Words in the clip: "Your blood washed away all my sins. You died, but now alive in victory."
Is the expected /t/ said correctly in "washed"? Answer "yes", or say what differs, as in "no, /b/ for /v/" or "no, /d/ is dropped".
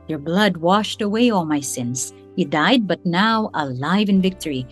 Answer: yes